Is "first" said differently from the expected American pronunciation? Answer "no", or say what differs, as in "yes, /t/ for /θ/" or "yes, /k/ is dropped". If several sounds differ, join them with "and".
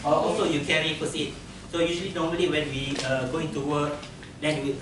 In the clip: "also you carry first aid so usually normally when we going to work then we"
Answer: yes, /t/ is dropped